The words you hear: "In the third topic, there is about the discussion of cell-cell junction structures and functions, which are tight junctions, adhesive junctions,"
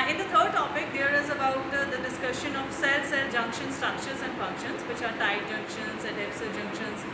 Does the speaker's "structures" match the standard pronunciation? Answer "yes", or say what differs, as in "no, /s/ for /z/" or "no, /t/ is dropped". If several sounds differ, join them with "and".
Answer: yes